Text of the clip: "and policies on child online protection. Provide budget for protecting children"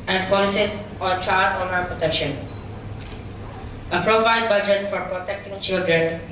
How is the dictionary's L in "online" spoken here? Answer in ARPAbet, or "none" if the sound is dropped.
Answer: none